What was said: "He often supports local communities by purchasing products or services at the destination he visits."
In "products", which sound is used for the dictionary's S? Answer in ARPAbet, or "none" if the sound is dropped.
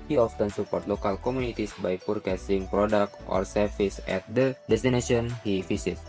none